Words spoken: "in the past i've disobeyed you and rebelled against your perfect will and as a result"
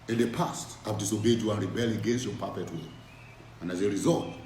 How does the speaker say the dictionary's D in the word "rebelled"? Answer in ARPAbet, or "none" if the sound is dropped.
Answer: none